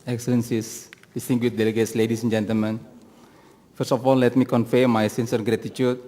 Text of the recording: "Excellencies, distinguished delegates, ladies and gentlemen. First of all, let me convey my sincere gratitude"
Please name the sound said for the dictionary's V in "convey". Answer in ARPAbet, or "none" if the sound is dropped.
F